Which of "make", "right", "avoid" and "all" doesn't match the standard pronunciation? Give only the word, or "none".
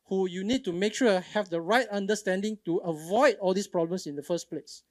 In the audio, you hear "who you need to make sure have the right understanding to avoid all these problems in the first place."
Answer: none